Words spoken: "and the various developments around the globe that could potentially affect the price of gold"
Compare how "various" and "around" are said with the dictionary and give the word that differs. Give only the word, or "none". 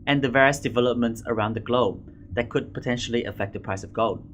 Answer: none